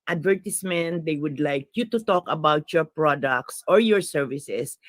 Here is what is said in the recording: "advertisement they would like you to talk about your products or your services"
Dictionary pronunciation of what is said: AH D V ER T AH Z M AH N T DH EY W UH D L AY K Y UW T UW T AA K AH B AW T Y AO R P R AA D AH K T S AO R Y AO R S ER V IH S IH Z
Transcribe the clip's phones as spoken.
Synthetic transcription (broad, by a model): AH D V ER T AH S M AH N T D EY W UH D L AY K Y UW T UW T AA K AH B AW T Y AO R P R AA D AH K T S AO R Y AO R S ER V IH S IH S